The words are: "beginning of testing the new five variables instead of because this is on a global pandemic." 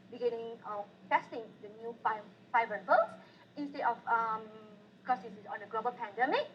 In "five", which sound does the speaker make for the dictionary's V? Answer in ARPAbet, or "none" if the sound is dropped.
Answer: F